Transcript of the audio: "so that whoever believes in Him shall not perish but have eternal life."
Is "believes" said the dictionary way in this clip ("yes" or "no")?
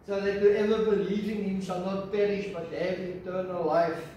no